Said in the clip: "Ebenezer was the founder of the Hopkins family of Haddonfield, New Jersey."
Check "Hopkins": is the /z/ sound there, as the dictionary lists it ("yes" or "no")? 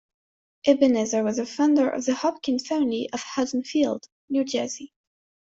no